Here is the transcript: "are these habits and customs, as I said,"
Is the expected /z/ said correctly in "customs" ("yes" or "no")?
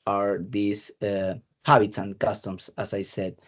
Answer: no